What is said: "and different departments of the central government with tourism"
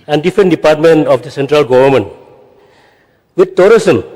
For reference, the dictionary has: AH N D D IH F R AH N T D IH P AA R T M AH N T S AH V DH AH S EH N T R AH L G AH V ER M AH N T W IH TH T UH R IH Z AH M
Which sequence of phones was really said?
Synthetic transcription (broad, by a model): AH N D D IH F R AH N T D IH P AA R T M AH N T AH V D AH S EH N T R AH L G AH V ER M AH N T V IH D T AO R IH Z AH M